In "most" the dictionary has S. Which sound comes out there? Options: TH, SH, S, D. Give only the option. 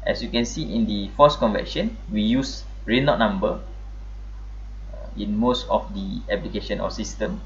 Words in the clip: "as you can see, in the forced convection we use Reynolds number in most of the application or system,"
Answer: S